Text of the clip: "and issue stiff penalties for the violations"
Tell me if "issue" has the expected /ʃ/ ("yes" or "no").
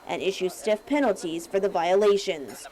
yes